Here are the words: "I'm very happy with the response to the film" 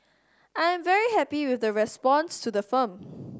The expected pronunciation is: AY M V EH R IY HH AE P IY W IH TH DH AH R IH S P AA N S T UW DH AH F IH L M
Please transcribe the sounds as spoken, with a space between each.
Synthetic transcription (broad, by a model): AY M V EH R IY HH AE P IY W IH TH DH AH R IH S P AA N S T UW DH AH F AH M